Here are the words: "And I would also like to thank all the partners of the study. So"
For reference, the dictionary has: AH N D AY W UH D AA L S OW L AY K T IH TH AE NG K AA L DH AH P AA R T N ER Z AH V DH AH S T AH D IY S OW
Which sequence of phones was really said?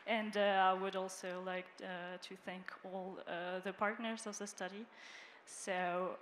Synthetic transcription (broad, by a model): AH N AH AY W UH D AA L S OW L AY K T IH TH AE NG K AA L DH AH P AA R T N ER Z AH V DH AH S T AH D IY S OW